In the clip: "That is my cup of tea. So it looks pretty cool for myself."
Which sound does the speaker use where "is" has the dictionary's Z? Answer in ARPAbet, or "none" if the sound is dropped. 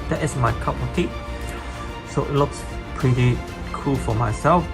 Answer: S